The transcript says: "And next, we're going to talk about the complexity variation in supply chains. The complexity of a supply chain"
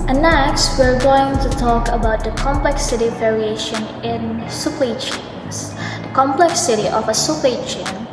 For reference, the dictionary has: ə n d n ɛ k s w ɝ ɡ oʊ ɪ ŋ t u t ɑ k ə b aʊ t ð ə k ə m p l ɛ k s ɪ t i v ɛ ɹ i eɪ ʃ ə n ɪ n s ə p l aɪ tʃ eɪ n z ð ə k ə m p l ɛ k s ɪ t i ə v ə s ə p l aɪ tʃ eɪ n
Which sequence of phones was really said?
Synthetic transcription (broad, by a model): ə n n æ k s w ɝ ɡ oʊ ɪ ŋ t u t ɑ k ə b aʊ t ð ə k ə m p l ɛ k s ɪ t i v ɛ ɹ i eɪ ʃ ə n ɪ n s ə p ɛ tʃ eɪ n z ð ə k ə m p l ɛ k s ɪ t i ə v ə s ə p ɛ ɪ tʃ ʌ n